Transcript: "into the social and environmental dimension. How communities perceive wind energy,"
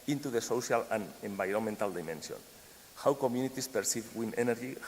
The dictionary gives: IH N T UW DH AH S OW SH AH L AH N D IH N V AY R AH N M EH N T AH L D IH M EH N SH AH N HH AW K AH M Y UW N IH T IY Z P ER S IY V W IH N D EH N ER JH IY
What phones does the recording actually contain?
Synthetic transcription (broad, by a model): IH N T UW DH AH S OW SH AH L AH N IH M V AY R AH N M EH N T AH L D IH M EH N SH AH N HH AW K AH M Y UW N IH T IY S P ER S IY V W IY N EH N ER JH IY